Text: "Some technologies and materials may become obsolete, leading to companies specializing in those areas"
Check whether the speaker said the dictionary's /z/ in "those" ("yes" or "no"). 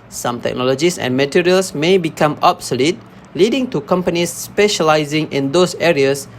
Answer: no